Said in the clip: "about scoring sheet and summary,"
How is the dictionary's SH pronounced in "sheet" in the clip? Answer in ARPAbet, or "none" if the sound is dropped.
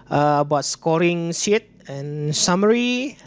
S